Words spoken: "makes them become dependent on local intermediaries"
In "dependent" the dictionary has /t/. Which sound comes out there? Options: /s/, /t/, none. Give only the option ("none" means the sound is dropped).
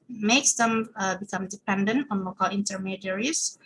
/t/